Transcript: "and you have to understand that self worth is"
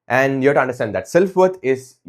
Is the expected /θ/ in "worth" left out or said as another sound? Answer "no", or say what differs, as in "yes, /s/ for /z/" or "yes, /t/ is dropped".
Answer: yes, /t/ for /θ/